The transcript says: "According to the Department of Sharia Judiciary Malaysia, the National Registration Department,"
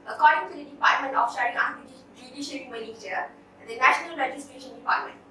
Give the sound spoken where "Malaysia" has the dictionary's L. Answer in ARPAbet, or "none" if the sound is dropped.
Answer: N